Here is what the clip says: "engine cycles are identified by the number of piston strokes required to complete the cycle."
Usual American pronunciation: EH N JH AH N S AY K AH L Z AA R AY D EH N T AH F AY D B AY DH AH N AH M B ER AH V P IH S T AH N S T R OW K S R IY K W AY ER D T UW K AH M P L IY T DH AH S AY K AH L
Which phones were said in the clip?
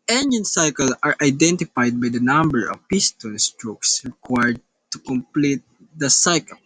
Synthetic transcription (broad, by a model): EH N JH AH N S AY K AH L AA R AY D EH N T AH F AY D B AY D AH N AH M B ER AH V P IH S T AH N S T R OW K S R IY K W AY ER D T UW K AH M P L IY T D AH S AY K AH L